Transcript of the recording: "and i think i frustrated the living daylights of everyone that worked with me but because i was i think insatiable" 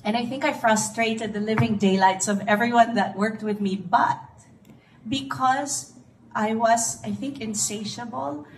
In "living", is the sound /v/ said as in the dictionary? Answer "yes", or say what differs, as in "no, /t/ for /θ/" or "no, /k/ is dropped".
yes